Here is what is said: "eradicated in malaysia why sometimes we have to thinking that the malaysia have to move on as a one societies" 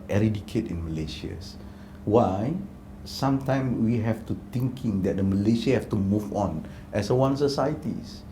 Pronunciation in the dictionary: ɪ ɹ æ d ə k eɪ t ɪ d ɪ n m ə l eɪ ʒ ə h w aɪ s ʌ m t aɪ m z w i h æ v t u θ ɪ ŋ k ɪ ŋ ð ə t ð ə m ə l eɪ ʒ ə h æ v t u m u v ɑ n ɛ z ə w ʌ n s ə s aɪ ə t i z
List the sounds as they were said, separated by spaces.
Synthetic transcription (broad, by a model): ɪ ɹ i d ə k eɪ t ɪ ɪ n m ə l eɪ ʃ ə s w aɪ s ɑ m t aɪ m w i h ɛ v t u t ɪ ŋ k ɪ ŋ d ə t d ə m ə l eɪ ʃ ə h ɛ f t u m u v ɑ n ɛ s ə w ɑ n s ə s aɪ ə t i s